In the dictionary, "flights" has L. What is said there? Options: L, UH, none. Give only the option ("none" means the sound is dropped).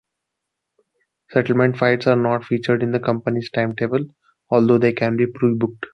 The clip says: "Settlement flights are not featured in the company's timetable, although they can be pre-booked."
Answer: none